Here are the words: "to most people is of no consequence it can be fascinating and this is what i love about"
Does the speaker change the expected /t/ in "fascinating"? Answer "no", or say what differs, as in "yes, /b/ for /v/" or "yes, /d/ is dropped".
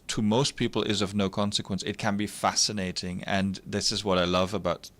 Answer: no